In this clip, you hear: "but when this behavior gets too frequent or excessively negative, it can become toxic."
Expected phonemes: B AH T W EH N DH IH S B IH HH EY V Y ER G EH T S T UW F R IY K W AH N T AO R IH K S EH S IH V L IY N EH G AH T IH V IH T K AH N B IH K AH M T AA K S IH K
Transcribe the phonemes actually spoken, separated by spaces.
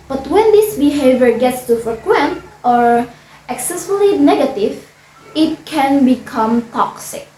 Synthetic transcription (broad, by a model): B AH T W EH N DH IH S B IH HH EY V Y ER G EH T S T UW F R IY K W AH N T AO R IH K S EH S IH L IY N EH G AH T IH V IH T K AH N B IH K AH M T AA K S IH K